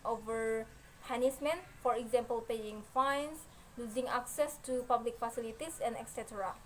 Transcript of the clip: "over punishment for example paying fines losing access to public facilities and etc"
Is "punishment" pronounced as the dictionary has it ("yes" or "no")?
no